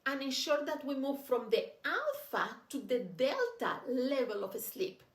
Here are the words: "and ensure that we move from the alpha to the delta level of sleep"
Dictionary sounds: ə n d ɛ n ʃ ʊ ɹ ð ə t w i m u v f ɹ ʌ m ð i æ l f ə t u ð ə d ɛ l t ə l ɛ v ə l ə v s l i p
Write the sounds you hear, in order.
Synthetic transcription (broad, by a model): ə n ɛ n ʃ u ɹ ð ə t w i m u v f ɹ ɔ m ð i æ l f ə t u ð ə d ɛ l t ə l ɛ v ə l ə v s l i p